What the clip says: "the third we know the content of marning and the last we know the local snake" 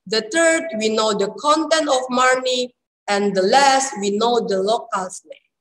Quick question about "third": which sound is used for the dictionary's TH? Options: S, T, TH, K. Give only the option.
T